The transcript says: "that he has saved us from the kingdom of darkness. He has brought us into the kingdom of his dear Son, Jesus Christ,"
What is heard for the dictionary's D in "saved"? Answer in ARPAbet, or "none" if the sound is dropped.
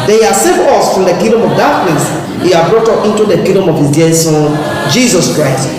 none